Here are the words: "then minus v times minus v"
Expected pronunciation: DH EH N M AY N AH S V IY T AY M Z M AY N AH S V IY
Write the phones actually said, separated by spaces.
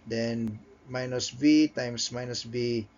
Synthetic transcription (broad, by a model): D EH N M AY N AH S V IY T AY M S M AY N AH S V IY